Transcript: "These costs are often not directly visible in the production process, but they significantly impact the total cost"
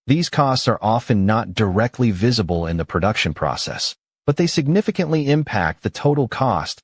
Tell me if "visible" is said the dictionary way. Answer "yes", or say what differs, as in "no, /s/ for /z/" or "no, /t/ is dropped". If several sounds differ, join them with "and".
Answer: yes